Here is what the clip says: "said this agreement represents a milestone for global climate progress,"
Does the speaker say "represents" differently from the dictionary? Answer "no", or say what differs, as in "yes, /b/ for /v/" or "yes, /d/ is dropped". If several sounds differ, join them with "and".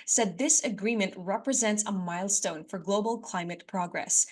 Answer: no